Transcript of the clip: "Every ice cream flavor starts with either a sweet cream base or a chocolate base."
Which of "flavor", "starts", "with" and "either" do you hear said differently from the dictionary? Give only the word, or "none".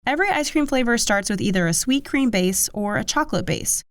none